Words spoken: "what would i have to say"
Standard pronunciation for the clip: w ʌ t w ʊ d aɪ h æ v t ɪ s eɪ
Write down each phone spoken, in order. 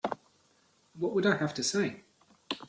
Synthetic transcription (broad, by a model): w ʌ t w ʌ d aɪ h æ f t ɪ s eɪ